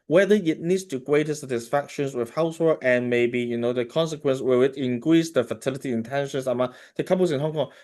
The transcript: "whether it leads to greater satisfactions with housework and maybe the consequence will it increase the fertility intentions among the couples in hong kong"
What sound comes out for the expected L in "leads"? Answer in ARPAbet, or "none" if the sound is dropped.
N